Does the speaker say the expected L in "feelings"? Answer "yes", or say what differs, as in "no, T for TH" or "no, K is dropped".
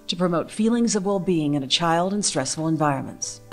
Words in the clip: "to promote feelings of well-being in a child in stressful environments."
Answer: yes